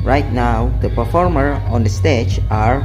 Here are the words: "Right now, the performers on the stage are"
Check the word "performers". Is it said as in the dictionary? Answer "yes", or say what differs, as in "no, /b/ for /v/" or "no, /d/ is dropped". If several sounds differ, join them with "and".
no, /z/ is dropped